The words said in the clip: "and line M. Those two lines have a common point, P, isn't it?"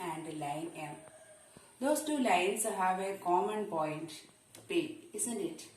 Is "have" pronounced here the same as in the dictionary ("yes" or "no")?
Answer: yes